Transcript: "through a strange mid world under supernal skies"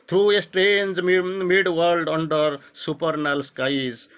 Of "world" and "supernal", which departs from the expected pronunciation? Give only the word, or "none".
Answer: none